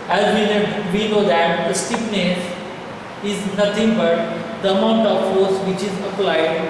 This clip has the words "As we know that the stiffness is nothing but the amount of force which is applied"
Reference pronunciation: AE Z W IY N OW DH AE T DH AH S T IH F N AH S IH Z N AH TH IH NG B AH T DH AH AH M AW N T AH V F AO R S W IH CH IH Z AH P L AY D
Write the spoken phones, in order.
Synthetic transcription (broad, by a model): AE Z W IY N OW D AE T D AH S T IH P N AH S IH Z N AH T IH NG B AH T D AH AH M AW N T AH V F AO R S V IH CH IH Z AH P L AY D